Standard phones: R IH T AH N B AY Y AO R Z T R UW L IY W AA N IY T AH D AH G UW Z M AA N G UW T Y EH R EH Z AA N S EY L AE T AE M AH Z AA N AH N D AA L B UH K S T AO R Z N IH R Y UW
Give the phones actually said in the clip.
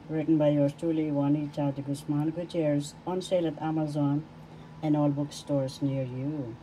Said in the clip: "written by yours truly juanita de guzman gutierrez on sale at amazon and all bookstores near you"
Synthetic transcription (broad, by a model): R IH T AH N B AY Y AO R S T UW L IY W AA N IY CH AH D G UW S M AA N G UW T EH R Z AA N S EY L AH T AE M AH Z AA N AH N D AA L B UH K S T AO R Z N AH R Y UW